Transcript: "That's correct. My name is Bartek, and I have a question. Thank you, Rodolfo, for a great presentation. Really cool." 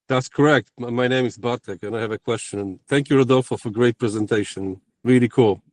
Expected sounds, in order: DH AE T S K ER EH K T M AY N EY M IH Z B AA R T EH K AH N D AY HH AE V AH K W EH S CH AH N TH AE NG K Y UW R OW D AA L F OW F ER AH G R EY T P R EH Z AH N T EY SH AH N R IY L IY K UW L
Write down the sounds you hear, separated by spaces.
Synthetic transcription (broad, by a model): DH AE T S K ER EH K T M AY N EY M IH Z B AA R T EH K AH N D AY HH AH V AH K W EH S CH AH N TH AE NG K Y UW R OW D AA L F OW F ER AH G R EY T P R EH Z AH N T EY SH AH N R IY L IY K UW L